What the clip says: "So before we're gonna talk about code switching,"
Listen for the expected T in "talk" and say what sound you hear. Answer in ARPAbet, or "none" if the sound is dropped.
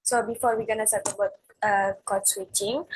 S